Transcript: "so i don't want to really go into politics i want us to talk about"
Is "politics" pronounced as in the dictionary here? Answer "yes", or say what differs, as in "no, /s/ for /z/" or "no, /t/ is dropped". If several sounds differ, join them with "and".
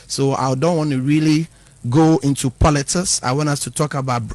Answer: no, /k/ is dropped